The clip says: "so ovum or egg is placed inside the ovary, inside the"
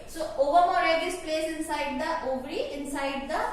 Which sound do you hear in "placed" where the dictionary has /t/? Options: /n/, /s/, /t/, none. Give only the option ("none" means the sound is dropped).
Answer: none